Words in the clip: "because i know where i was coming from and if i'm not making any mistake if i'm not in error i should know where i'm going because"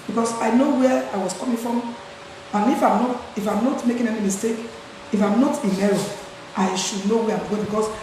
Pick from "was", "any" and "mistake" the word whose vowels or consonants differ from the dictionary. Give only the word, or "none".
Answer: was